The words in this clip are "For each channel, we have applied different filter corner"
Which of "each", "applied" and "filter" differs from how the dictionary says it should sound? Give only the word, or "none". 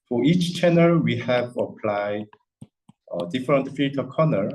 filter